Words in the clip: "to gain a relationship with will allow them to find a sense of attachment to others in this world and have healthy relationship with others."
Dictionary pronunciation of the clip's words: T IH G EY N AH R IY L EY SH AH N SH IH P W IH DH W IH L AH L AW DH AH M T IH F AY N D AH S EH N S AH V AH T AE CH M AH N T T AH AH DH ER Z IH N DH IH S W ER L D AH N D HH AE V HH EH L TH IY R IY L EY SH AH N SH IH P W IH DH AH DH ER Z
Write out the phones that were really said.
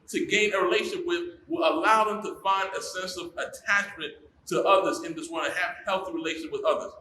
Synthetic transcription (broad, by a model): T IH G EY N AH R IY L EY AH SH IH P W IH DH W IH L AH L AW DH AH M T IH F AY N D AH S EH N S AH V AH T AE CH M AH N T T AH AH DH ER Z IH N DH IH S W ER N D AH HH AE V HH EH L TH IY R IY L EY AH SH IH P W IH DH AH DH ER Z